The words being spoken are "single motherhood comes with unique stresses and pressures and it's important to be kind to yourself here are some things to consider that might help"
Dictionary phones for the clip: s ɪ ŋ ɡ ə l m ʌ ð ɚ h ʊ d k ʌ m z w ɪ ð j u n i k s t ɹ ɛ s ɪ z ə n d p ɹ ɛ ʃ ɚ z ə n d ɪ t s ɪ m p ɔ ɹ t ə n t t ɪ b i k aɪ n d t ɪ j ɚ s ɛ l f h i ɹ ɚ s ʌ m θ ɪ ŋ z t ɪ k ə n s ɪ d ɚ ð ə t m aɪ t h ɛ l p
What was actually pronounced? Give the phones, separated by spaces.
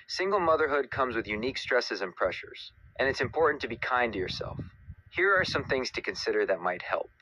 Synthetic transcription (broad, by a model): s ɪ ŋ ɡ l m ʌ ð ɚ h ʊ d k ʌ m z w ɪ ð j u n i k s t ɹ ɛ s ɪ z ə n p ɹ ɛ ʃ ɚ z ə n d ɪ t s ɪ m p ɔ ɹ t n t t ɪ b i k aɪ n t ɪ j ɚ s ɛ l f h i ɹ ɚ s ʌ m θ ɪ ŋ z t ɪ k ə n s ɪ d ɚ ð ə t m aɪ t h ɛ l p